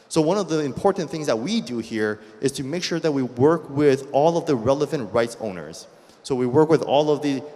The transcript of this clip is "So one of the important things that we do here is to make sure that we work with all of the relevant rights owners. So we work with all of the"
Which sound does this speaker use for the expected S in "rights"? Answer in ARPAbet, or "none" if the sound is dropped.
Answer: S